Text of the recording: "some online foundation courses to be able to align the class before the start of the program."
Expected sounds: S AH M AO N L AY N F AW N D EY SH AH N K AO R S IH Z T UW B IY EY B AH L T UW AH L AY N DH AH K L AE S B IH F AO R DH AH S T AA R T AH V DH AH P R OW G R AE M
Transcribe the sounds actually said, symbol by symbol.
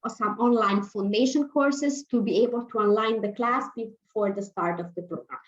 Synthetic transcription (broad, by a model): S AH M AO N L AY N F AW N D EY SH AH N K AO R S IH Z T UW B IY EY B AH L T UW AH L AY N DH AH K L AE S B IH F AO R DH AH S T AA R T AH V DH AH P R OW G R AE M